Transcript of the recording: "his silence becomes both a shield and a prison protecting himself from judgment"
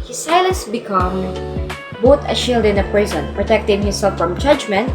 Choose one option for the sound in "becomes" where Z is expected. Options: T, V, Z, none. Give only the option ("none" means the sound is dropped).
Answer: none